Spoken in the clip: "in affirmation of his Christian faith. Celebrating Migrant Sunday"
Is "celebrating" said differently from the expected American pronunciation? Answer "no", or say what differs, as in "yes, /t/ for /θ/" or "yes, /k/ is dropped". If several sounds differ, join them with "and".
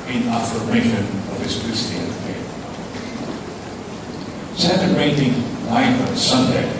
yes, /b/ is dropped